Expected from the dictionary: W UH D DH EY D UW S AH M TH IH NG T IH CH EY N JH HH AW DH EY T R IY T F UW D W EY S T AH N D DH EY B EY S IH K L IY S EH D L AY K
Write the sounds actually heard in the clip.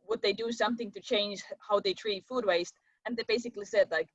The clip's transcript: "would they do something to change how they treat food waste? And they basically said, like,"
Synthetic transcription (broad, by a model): W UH D DH EY D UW S AH M TH IH NG T IH CH EY N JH HH AW DH EY T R IY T F UW D W EY S T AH N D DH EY B EY S IH K L IY S EH D L AY K